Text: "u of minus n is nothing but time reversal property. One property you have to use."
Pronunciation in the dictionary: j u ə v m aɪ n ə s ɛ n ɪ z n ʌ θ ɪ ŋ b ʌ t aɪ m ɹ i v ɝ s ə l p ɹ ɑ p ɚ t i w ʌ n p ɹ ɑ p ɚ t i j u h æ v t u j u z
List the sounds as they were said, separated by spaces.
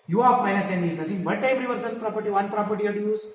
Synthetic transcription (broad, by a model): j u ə p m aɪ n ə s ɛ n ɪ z n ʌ t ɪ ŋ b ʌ t aɪ m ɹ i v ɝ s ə n p ɹ ɑ p ɚ t i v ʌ n p ɹ ɑ p ɚ t i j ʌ t u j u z